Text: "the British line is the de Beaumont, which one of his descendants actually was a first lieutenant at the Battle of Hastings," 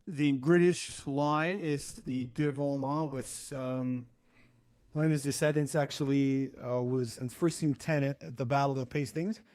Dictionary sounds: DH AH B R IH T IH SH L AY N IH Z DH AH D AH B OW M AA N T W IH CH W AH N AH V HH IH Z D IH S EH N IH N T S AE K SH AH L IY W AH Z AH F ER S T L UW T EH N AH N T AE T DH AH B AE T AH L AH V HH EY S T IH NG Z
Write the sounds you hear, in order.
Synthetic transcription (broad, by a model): DH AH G R IH T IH SH L AY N IH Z DH AH D AH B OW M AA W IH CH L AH AH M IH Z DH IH S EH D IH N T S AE K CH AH L IY W AH Z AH F ER S T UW T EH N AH T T DH AH B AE T L AH V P EY S T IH NG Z